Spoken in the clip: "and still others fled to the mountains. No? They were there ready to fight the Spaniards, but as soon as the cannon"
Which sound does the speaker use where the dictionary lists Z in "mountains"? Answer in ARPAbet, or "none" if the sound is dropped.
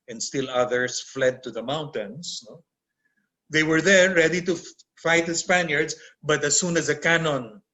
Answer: S